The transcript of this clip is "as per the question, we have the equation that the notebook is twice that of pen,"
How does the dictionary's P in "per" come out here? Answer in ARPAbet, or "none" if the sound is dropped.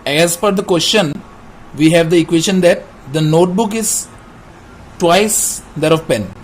F